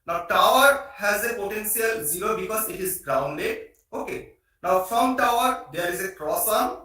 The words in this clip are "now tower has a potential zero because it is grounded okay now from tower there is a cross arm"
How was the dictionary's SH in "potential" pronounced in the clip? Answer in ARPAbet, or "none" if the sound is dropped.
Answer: S